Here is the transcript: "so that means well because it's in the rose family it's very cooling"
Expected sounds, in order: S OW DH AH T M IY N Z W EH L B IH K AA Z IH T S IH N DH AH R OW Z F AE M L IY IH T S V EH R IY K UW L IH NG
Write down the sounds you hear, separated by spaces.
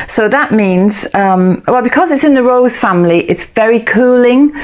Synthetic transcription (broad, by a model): S OW DH AH T M IY N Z W EH L B IH K AA Z IH T S IH N DH AH R OW Z F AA M L IY IH T S V EH R IY K UW L IH NG